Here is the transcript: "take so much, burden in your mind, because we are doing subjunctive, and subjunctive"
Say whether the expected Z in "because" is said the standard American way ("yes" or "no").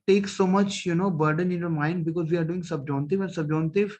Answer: yes